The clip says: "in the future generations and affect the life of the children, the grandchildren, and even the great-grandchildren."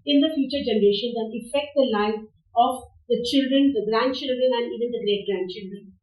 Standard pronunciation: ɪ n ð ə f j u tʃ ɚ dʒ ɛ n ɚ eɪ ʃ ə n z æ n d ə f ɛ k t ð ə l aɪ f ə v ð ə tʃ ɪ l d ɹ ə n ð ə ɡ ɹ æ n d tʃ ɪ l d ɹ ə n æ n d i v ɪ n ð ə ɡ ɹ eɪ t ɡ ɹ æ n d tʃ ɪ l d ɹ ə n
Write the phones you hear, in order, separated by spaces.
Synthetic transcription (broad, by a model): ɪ n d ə f j u tʃ ɚ dʒ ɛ n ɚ eɪ ʃ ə n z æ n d ə f ɛ k t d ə l aɪ ə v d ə tʃ ɪ l d ɹ ə n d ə ɡ ɹ æ n d tʃ ɪ l d ɹ ə n æ n d i v ɪ n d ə ɡ ɹ eɪ t ɡ ɹ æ n d tʃ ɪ l d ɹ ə n